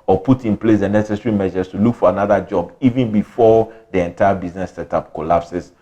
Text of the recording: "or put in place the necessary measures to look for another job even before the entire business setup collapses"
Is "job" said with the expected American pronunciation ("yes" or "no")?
yes